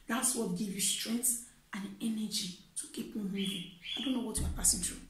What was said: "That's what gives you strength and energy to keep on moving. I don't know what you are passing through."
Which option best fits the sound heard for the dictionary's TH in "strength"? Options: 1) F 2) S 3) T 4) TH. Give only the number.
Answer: 2